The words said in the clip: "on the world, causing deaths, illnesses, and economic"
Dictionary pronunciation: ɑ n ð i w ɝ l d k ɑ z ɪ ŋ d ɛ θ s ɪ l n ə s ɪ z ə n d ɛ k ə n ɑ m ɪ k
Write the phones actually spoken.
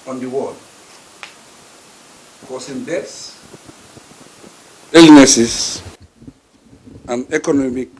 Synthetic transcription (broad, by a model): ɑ n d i w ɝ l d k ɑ s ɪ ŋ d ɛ t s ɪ l n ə s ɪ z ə n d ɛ k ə n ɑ m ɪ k